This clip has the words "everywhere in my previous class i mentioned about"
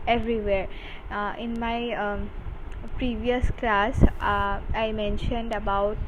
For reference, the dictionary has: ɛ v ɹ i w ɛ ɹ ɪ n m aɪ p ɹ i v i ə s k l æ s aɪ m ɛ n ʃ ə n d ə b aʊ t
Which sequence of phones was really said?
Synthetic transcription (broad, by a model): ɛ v ɹ i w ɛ ɹ ɪ n m aɪ p ɹ i v i ə s k l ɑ s aɪ m ɛ n ʃ ə n d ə b aʊ t